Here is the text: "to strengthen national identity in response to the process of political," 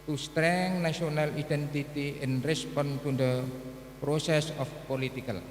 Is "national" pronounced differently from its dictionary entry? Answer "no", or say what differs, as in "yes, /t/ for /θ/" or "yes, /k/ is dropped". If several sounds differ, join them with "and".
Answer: yes, /ʃ/ is dropped